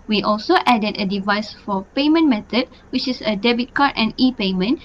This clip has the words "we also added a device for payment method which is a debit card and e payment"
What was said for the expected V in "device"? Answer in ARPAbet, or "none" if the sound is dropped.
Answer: V